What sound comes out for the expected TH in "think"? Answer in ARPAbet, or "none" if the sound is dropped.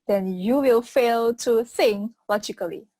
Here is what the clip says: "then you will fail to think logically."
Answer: S